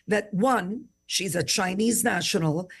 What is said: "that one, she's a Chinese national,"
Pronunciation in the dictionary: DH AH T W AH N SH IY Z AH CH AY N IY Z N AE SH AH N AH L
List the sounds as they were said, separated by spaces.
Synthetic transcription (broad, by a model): DH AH T W AH N SH IY Z AH CH AY N IY Z N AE SH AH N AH L